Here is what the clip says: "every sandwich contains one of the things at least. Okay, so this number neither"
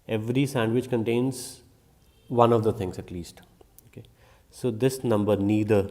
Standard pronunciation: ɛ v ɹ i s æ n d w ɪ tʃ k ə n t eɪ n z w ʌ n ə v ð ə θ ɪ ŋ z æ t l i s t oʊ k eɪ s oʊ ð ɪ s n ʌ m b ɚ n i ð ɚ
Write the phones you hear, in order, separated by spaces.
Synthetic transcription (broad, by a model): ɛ v ɹ i s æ n d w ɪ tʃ k ə n t eɪ n z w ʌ n ə v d ə t ɪ ŋ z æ t l i s t oʊ k eɪ s oʊ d ɪ s n ʌ m b ɚ n i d ɚ